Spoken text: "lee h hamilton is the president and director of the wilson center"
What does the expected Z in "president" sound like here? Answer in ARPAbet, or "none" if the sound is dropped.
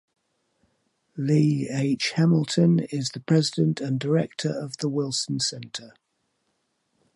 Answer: Z